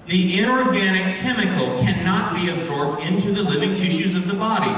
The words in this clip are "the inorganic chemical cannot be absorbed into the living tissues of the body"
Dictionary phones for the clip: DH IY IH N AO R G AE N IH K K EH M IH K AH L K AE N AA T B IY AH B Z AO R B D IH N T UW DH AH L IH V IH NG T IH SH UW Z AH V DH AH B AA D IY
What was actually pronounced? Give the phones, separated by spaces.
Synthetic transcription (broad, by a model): DH IY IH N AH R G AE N IH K K EH M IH K L K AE N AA T B IY AH B Z AO R B D IH N T UW DH AH L IH V IH NG T IH SH UW Z AH V DH AH B AA D IY